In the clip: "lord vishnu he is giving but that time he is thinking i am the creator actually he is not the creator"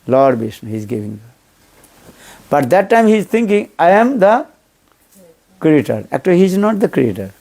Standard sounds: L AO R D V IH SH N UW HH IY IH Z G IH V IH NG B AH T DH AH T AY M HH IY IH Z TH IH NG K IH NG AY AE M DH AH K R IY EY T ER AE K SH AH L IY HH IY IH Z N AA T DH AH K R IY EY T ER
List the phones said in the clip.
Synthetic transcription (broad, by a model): L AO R D B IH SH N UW HH IY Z G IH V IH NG B AH T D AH T AY M HH IY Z T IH NG K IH NG AY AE M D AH K R IY EY T ER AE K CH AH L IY HH IY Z N AA T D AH K R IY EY T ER